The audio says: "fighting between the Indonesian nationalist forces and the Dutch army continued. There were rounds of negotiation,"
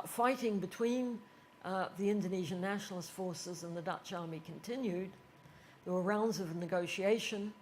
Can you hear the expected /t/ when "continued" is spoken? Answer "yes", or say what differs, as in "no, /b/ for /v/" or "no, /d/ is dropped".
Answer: yes